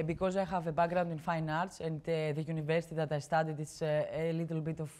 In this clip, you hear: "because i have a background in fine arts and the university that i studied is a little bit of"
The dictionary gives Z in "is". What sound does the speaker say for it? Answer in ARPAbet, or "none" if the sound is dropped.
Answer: S